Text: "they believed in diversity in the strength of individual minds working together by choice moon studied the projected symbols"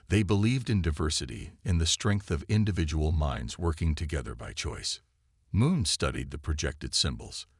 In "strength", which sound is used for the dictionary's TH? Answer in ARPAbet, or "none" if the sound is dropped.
TH